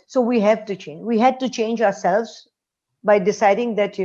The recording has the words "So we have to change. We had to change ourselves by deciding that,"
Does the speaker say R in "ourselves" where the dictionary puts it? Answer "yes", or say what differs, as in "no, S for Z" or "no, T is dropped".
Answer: yes